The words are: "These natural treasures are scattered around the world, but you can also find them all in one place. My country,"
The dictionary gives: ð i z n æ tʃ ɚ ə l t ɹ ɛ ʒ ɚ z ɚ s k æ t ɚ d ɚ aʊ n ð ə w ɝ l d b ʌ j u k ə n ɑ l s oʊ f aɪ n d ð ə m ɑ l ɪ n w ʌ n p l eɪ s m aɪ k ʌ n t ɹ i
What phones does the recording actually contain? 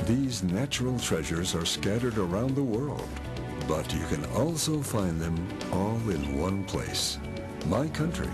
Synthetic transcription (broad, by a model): ð i z n æ tʃ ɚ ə l t ɹ ɛ ʒ ɚ z ɚ s k æ t ɚ d ɚ aʊ n ð ə w ɝ l d b ʌ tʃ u k ə n ɑ l s oʊ f aɪ n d ð ə m ɑ l ɪ n w ʌ n p l eɪ s m aɪ k ʌ n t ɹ i